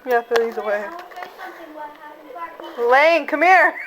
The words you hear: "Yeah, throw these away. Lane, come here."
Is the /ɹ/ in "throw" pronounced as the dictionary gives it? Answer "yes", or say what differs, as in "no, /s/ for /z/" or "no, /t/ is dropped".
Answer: no, /ɹ/ is dropped